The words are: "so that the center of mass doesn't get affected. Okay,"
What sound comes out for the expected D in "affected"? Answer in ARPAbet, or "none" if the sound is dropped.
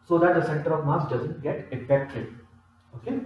none